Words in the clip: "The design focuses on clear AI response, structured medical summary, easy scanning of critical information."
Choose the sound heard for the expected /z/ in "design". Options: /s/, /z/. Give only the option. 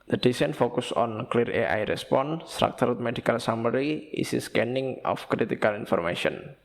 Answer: /s/